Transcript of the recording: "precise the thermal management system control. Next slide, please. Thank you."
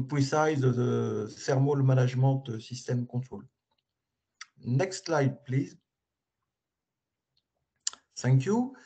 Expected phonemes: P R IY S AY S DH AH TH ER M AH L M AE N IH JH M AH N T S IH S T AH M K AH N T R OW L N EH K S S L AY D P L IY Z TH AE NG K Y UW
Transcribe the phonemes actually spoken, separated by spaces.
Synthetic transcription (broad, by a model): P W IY S AY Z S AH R M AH L M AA N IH ZH M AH T S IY S T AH M K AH T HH OW L N EH K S S L AY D P L IY Z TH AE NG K Y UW